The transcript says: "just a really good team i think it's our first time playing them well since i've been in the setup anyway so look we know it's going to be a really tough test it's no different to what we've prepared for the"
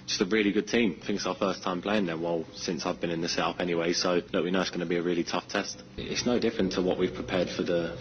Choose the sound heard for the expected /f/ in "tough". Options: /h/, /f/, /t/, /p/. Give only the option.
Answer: /f/